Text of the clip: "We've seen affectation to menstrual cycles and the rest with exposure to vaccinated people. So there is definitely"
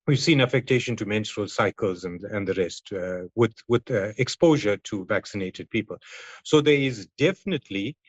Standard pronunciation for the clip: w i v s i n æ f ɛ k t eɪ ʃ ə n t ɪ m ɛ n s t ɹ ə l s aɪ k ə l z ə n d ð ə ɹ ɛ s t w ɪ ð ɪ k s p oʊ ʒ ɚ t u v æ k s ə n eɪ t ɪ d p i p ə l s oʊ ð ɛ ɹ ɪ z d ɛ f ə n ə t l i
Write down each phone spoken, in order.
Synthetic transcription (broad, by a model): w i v s i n æ f ɛ k t eɪ ʃ ə n t ɪ m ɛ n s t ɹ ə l s aɪ k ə l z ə n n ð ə ɹ ɛ s t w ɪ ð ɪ k s p oʊ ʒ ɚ t u v æ k s ə n eɪ t ɪ d p i p ə l s oʊ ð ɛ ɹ ɪ z d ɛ f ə n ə t l i